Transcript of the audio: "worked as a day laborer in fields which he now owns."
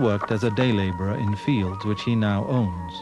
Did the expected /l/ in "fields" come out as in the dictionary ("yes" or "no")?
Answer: yes